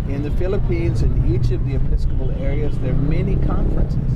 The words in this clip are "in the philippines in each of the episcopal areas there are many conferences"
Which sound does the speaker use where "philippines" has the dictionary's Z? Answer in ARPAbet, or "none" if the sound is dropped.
Z